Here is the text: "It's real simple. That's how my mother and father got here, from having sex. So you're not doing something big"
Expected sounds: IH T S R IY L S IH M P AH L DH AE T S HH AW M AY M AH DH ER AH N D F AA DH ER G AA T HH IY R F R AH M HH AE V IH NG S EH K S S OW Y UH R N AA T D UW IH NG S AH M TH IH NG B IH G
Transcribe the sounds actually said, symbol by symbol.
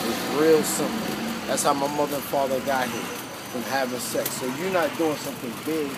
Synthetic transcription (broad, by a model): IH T R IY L S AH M AH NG DH AE T S HH AW M AY M AH DH ER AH N F AA DH ER G AA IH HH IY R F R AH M HH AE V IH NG S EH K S S OW Y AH R N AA T D UW IH NG S AH M TH IH NG B IH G